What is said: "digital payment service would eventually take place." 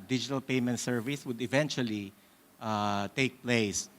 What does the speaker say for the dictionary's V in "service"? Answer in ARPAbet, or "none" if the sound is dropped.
V